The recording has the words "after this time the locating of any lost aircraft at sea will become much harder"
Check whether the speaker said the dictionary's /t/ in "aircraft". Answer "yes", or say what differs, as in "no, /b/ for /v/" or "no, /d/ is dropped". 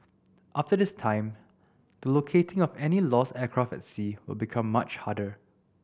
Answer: no, /t/ is dropped